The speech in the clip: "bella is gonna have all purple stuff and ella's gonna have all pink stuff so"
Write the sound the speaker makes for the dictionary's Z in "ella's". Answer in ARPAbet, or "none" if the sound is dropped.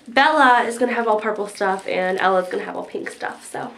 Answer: Z